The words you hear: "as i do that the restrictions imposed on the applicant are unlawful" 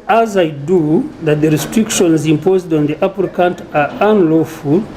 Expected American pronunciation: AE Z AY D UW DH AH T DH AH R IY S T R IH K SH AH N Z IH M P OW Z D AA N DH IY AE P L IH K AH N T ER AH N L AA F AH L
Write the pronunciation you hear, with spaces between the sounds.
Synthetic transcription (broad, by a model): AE Z AY D UW DH AH T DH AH R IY S T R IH K SH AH N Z IH M P OW Z D AA N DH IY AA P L K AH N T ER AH N L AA F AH L